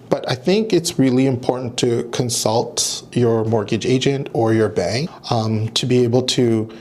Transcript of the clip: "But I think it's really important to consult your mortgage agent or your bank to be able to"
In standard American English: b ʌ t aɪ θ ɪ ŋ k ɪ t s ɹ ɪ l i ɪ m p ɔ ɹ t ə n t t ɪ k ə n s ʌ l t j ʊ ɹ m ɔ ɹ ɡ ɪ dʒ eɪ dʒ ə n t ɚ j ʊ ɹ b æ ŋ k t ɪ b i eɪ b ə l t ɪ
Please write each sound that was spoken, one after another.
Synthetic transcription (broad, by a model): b ʌ t aɪ θ ɪ ŋ k ɪ t s ɹ ɪ l i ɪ m p ɔ ɹ t n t t ɪ k ə n s ʌ l t j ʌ ɹ m ɔ ɹ ɡ ɪ dʒ eɪ dʒ ə n t ɚ j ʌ ɹ b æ ŋ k t ɪ b i eɪ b l t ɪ